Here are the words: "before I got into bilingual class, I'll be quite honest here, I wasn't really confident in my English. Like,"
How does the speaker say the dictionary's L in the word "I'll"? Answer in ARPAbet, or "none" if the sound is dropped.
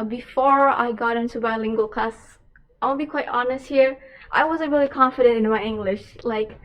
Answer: N